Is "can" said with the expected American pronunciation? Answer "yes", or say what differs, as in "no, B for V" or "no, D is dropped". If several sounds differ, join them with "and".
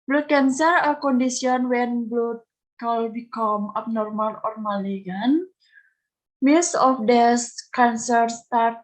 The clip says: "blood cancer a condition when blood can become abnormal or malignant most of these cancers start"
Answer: no, L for N